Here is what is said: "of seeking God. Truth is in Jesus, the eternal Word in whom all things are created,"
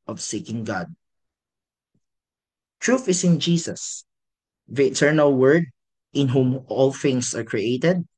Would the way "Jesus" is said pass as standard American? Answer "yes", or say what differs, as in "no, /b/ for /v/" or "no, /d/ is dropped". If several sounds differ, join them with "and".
no, /s/ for /z/